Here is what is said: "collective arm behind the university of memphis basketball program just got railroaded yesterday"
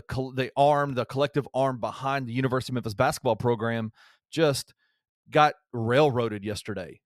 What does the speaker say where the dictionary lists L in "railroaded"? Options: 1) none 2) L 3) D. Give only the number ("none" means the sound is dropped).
2